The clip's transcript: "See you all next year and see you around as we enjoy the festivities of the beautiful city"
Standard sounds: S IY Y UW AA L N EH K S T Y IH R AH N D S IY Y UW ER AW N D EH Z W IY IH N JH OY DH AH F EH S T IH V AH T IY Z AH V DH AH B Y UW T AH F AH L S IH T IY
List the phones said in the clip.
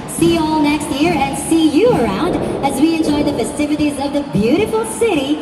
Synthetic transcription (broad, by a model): S IY AA L N EH K S T Y IH R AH N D S IY Y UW ER AW N D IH Z W IY IH N JH OY DH AH F EH S T IH V AH T IY Z AH V DH AH B Y UW T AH F L S IH T IY